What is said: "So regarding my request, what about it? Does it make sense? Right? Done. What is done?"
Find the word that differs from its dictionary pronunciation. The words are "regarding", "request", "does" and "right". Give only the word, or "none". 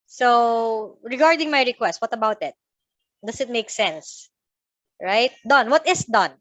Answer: does